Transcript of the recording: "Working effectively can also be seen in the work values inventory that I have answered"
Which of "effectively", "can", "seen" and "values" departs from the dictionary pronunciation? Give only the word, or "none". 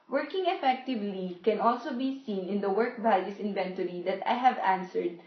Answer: values